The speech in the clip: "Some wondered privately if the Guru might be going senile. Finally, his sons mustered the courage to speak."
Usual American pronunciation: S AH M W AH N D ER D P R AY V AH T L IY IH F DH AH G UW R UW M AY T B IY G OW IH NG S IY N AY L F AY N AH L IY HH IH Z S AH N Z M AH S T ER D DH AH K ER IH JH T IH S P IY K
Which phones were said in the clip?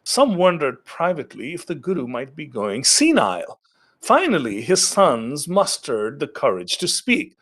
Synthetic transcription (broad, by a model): S AH M W AH N D ER D P R AY V AH T L IY IH F DH AH G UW R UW M AY T B IY G OW IH NG S IY N AY L F AY N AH L IY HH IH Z S AH N Z M AH S T ER D DH AH K ER IH JH T IH S P IY K